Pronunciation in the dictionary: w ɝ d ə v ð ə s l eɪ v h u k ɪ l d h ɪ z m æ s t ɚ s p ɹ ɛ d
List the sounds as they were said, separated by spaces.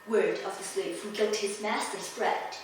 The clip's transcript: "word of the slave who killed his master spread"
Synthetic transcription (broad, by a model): w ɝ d ə v ð ə s l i p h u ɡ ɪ l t h ɪ z m æ s t ɚ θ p ɹ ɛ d